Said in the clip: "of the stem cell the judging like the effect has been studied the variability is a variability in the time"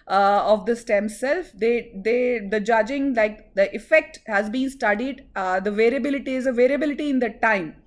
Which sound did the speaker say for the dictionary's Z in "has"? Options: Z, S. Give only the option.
Z